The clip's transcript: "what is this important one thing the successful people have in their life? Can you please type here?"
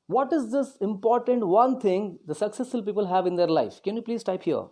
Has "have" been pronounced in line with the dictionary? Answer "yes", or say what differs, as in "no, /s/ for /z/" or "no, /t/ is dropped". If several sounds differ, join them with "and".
yes